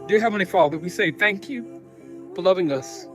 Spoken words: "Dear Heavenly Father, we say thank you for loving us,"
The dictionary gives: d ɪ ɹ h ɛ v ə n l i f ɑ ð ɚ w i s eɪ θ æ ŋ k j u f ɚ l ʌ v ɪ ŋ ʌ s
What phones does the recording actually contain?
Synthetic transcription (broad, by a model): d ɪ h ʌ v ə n i f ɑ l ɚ w i s eɪ θ æ ŋ k j u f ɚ l ʌ v ɪ ŋ ʌ s